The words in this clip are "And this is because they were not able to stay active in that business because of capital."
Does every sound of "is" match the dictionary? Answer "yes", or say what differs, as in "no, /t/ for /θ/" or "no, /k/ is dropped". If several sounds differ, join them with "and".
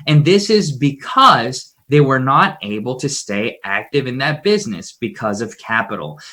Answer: yes